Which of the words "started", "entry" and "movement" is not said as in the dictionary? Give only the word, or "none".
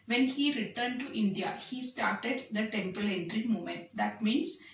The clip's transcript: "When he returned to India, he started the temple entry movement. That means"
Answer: movement